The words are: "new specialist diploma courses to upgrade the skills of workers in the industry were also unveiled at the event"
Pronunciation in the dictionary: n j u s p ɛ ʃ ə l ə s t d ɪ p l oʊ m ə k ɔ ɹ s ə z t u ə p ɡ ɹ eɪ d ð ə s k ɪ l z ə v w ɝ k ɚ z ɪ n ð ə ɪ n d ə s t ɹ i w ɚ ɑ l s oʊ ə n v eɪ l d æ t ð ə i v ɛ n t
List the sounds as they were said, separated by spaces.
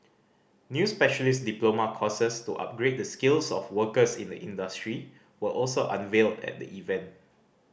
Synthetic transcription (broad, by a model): n j u s p ɛ ʃ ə l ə s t d ɪ p l oʊ m ə k ɔ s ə s t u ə p ɡ ɹ eɪ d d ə s k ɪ l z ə f w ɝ k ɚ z ɪ n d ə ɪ n d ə s t ɹ i w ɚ ɑ l s oʊ ə n v eɪ l d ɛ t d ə i v ɛ n t